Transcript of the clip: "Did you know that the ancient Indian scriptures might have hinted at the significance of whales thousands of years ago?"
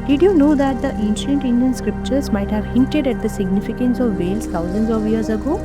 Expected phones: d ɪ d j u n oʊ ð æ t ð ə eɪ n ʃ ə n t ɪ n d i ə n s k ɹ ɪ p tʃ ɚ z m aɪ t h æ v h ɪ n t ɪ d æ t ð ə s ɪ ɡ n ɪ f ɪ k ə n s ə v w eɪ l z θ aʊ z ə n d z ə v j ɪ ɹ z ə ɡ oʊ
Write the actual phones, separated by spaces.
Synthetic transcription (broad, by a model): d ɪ d j u n oʊ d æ t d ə eɪ n ʃ ə n t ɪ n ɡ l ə n s k ɹ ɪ p tʃ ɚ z m aɪ t h æ v h ɪ n t ɪ d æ t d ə s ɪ ɡ n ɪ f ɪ k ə n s ə v eɪ l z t aʊ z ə n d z ə v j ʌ ɹ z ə ɡ oʊ